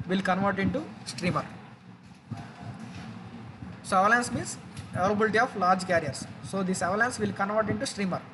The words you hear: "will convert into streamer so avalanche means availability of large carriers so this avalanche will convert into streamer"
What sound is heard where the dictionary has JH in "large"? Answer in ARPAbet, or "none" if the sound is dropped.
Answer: JH